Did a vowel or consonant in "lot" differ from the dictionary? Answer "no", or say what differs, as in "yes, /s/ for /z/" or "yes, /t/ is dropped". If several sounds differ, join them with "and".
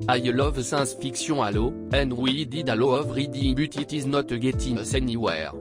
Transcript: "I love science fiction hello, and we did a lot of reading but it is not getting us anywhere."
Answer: yes, /t/ is dropped